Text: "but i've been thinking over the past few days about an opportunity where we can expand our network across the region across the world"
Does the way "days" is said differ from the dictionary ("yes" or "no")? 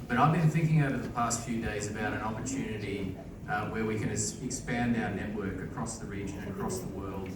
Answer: no